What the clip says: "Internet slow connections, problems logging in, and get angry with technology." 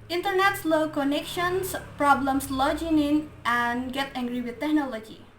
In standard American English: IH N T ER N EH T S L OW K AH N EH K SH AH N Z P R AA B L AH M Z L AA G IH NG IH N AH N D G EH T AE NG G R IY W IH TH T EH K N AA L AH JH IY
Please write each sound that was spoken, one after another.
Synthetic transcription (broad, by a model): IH N T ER N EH T S L OW K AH N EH K SH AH N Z P R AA B L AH M S L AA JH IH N IH N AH N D G EH T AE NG G R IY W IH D T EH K N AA L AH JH IY